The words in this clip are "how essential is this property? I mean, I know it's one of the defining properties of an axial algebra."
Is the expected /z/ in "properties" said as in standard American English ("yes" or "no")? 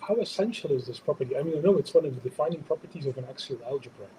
yes